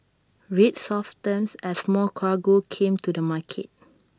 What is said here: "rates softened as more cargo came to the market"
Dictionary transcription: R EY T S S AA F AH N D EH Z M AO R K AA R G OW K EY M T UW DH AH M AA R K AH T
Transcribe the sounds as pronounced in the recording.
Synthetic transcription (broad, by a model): R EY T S S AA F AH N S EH S M AO L K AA G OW K EY M T UW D AH M AA K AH T